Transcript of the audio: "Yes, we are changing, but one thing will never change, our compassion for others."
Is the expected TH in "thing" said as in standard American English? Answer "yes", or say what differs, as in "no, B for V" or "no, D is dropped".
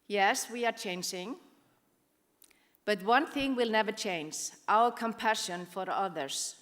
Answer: yes